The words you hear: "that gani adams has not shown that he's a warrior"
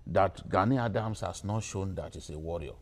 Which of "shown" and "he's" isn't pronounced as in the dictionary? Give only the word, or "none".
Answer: he's